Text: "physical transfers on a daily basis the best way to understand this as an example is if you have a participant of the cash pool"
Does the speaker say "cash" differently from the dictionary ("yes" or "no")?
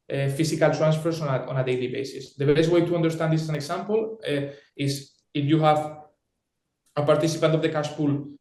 yes